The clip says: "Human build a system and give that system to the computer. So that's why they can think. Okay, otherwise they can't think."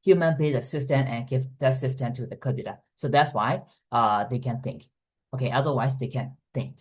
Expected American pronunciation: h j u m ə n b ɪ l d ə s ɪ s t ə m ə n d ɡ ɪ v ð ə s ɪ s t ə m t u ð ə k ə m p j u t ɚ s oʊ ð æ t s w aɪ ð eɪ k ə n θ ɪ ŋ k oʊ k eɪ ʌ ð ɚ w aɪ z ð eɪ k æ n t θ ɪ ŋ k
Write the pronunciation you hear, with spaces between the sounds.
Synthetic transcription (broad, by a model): h j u m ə n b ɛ d ə s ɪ s t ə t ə n ɡ ɪ v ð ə s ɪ s t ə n t u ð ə k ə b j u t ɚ s oʊ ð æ t s w aɪ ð eɪ k ə n θ ɪ ŋ k oʊ k eɪ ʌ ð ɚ w aɪ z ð eɪ k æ n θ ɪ ŋ k